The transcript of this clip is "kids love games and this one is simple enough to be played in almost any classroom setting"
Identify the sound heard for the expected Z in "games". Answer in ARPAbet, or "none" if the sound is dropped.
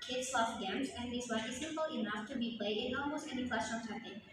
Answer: Z